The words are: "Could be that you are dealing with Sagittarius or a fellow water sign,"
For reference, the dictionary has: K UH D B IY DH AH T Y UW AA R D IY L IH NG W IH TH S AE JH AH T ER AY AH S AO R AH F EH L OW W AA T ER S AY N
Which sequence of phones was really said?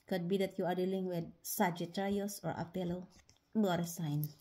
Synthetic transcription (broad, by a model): K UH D B IY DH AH T Y UW AA R D IY L IH NG W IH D S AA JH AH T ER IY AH S AO R AH P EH L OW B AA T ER S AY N